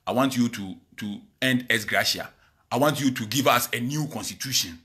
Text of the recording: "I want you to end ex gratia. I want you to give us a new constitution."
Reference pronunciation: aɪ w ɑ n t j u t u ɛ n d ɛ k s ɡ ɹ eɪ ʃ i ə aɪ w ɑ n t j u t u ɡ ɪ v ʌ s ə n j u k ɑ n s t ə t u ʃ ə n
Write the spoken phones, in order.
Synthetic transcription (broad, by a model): aɪ w ɑ n t j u t u ɛ n d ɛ s ɡ ɹ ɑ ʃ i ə aɪ w ɑ n t j u t u ɡ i v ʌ s ə n j u k ɑ n s t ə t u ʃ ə n